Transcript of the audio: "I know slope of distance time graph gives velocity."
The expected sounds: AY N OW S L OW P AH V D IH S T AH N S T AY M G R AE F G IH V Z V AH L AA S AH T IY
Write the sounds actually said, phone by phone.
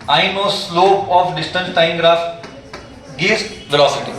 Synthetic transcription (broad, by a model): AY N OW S L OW AH F D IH S T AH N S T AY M G R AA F G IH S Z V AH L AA S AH T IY